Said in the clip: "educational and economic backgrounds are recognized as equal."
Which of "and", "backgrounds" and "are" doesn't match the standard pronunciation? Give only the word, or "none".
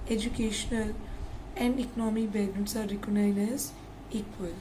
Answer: backgrounds